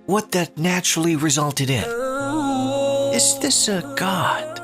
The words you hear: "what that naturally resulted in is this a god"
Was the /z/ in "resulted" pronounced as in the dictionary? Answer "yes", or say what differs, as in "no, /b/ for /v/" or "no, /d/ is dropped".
yes